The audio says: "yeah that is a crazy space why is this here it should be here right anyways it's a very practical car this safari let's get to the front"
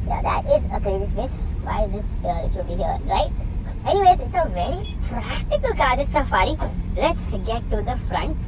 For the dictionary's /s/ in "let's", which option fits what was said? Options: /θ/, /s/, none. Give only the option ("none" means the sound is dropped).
/s/